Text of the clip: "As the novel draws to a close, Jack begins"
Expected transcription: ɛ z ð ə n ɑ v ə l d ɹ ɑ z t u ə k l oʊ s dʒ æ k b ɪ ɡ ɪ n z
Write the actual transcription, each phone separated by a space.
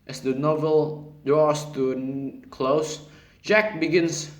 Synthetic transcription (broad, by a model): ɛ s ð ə n ɑ v ə l d ɹ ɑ s t u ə k l oʊ s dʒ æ k b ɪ ɡ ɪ n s